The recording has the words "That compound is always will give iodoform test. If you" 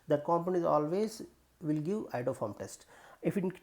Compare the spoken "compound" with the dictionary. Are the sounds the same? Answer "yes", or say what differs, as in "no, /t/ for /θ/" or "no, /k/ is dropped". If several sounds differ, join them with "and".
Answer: no, /d/ is dropped